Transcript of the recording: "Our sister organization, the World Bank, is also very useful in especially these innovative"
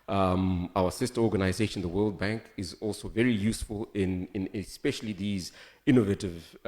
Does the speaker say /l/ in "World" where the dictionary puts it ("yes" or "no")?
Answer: yes